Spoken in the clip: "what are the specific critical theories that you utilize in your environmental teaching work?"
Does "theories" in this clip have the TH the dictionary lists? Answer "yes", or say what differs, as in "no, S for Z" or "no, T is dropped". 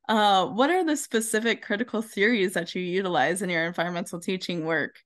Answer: yes